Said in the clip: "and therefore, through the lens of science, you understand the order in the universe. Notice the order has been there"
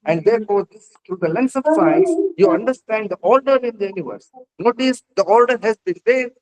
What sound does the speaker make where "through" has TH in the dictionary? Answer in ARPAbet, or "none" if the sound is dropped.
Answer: S